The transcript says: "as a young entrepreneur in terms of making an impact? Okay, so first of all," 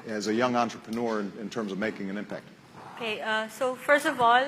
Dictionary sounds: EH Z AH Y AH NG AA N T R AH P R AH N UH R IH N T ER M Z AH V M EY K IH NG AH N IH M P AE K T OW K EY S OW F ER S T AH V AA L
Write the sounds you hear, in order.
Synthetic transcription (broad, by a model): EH Z AH Y AH NG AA N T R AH P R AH N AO R IH N T ER M Z AH V M EY K IH NG AH N IH M P AE K T OW K EY S OW F ER S T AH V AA L